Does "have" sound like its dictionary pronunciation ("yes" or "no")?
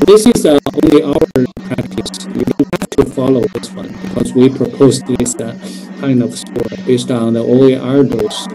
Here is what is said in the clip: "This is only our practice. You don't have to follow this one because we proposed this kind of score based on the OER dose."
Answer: no